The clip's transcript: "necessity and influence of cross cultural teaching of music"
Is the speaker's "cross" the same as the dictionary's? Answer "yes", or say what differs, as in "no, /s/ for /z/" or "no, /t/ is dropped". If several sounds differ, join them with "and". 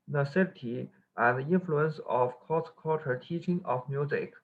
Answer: no, /ɹ/ is dropped